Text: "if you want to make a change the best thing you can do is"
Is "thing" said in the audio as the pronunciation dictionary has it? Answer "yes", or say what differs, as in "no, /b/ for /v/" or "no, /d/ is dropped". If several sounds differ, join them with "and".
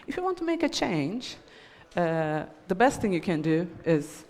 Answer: yes